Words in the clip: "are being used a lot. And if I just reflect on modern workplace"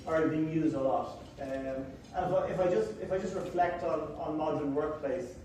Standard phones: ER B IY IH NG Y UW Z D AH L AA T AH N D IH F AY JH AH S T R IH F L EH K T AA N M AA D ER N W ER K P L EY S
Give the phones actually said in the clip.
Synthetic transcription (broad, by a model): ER B IY IH NG Y UW Z D AH L AA T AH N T IH F AY JH AH S T R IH F L EH K T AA N M AA D ER N W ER K P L EY S